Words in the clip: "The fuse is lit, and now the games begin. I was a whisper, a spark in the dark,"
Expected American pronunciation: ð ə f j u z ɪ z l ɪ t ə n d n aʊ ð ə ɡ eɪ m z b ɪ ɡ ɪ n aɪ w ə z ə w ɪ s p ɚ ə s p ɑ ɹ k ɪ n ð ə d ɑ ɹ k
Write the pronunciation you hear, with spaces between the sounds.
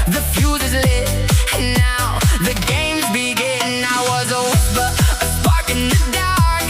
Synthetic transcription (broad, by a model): ð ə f j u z ɪ z l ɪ ə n n aʊ ð ə ɡ eɪ m z b ɪ ɡ ɪ n aɪ w ə z ə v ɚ ə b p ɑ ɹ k ɪ n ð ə d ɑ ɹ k